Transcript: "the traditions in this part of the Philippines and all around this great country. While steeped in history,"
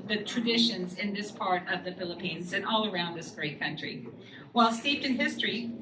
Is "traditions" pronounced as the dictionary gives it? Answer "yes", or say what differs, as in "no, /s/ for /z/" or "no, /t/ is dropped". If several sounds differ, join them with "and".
yes